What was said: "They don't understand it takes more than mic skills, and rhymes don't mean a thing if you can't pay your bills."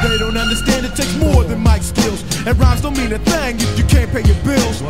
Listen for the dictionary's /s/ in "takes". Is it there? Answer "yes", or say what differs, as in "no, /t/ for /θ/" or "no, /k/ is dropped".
no, /s/ is dropped